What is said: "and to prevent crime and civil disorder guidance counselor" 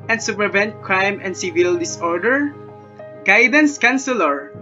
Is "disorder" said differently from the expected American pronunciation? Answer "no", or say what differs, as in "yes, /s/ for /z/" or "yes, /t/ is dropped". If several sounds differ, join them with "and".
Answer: no